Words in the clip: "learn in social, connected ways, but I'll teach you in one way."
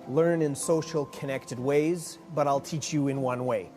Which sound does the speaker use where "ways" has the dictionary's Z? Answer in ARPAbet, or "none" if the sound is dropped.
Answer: Z